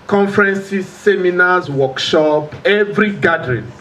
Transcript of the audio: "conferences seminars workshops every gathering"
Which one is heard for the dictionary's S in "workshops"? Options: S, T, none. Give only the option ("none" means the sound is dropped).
none